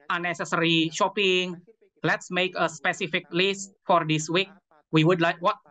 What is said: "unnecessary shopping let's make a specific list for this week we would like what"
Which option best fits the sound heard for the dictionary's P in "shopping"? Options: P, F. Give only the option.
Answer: P